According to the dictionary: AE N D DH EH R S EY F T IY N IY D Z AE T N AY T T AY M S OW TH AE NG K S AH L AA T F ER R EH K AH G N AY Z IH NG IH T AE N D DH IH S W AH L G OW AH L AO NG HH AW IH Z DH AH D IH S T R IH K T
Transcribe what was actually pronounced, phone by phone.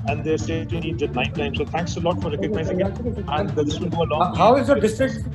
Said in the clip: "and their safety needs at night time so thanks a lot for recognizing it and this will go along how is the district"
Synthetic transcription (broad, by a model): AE N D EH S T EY T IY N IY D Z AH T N AY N T AY M S OW T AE NG K S AH L AA T F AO R EH K AH G N AY Z IH NG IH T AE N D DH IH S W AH G OW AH L AO HH AW IH Z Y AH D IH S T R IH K